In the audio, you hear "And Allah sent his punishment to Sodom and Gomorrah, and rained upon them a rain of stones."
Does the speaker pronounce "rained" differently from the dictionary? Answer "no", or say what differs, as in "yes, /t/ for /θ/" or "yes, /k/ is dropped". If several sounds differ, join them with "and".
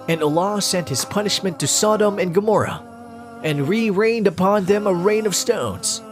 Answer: no